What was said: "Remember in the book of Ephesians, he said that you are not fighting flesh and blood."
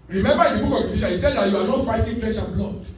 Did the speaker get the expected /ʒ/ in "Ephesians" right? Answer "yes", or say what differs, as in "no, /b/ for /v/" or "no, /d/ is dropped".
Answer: no, /ʃ/ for /ʒ/